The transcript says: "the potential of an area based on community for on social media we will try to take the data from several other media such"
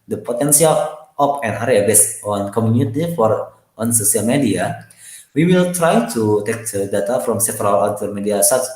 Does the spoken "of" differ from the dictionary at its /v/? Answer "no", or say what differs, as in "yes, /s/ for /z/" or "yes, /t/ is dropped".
yes, /p/ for /v/